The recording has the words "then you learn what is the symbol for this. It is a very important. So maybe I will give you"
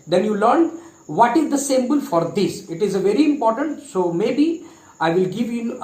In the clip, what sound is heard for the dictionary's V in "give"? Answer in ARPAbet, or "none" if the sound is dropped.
V